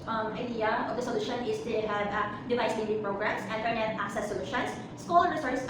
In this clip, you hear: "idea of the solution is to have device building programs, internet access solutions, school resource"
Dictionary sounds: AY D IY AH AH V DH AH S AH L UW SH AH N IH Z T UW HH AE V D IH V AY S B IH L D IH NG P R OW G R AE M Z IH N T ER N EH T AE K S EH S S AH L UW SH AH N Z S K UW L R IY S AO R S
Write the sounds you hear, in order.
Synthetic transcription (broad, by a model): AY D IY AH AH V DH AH S AH L UW SH AH N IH S T UW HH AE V D IH V AY S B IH N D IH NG P R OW G R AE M S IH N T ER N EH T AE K S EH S S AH L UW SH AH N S S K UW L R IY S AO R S